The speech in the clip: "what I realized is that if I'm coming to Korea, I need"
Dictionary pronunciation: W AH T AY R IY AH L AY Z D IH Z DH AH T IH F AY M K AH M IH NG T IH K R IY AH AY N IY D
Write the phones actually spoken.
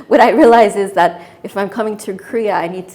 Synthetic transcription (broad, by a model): W AH T AY R IY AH L AY Z IH Z DH AH T IH F AY M K AH M IH NG T IH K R IY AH AY N IY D